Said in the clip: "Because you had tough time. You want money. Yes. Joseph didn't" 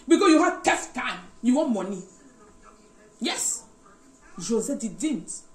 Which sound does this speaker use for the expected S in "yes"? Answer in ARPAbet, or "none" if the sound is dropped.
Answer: S